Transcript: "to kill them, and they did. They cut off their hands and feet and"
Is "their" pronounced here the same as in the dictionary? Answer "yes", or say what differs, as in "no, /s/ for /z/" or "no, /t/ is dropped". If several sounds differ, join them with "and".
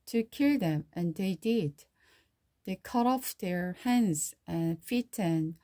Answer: yes